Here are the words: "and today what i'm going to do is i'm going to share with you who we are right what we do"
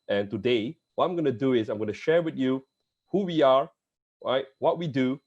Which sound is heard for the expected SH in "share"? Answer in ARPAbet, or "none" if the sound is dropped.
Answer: SH